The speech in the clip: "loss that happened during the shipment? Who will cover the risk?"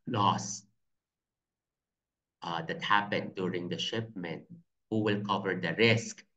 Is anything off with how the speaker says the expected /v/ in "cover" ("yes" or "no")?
no